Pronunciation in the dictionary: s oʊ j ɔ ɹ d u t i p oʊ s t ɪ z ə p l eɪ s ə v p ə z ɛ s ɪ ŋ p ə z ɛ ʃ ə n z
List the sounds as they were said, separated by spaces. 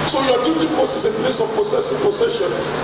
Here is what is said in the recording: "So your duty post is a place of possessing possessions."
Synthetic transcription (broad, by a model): s oʊ j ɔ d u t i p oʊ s ɪ s ə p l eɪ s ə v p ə s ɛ s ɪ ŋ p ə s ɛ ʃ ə n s